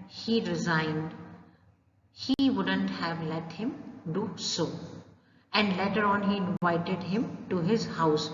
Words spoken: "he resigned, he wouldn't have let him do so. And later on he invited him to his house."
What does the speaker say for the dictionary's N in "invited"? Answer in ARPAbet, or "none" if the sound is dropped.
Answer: N